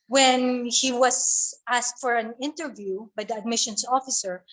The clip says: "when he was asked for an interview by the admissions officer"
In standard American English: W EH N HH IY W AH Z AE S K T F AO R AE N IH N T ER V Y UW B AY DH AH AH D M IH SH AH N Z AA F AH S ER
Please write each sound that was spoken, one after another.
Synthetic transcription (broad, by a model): W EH N HH IY W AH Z AE S K T F AO R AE N IH N T ER V Y UW B AY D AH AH D M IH SH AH N S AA F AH S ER